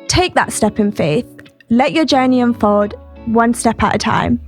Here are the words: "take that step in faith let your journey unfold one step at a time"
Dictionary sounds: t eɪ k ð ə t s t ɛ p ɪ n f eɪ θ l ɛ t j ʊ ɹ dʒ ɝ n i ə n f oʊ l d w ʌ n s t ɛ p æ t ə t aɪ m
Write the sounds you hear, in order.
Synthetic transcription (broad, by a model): t eɪ k ð ə t s t ɛ p ɪ n f eɪ θ l ɛ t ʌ dʒ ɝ n i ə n f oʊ d w ʌ n s t ɛ p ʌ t ə t aɪ m